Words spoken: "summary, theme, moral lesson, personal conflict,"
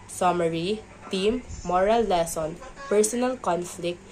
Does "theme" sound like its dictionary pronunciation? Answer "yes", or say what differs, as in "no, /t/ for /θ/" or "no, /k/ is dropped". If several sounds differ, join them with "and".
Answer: no, /t/ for /θ/